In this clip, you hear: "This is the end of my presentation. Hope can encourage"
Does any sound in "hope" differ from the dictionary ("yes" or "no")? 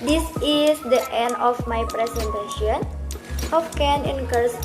yes